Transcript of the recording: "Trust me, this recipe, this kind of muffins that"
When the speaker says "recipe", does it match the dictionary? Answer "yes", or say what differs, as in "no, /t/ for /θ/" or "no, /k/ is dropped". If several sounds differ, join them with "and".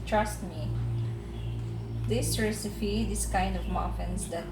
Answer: no, /f/ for /p/